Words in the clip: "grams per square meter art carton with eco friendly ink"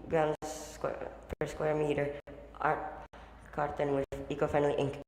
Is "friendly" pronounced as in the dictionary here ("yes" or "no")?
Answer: no